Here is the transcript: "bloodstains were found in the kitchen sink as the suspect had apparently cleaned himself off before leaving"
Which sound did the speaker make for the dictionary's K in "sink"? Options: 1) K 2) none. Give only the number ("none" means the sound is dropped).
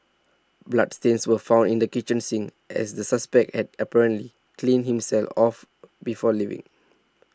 2